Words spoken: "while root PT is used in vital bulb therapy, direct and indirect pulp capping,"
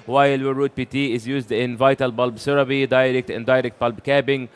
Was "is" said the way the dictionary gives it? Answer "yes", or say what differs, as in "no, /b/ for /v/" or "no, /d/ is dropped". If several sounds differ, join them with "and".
yes